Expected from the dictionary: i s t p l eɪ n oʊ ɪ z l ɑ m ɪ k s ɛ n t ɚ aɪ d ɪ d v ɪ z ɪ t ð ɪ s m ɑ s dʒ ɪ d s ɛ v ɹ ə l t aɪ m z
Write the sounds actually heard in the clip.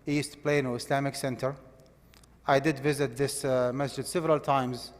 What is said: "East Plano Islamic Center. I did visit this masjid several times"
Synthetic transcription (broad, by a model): i s t p l eɪ n oʊ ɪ s l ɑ m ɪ k s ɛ n t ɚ aɪ d ɪ d v ɪ z ɪ t ð ɪ s m ɑ s dʒ ɪ d s ɛ v ɹ ə l t aɪ m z